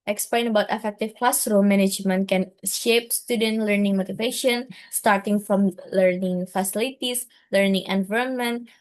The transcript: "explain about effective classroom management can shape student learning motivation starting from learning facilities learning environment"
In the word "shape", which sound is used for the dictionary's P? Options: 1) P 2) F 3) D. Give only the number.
1